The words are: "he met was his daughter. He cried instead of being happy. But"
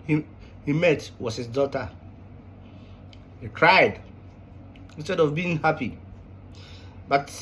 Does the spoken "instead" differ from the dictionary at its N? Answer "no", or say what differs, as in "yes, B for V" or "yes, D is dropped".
no